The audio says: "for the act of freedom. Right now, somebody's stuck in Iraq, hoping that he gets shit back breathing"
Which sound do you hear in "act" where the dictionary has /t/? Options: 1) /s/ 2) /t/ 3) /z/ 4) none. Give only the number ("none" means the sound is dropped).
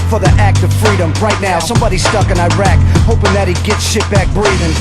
2